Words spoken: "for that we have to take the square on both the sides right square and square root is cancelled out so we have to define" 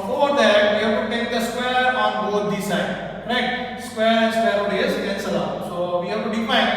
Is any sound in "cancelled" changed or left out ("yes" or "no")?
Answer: yes